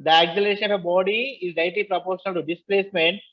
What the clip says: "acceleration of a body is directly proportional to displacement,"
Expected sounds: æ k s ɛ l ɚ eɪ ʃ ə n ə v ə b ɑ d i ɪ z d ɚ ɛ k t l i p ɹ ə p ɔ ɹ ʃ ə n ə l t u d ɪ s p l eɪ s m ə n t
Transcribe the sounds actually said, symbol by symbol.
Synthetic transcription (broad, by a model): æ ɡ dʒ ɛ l eɪ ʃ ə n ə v ə b ɑ d i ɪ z d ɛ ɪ t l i p ɹ ə p ɔ ɹ ʃ ə n ə l t u d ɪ s p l eɪ s m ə n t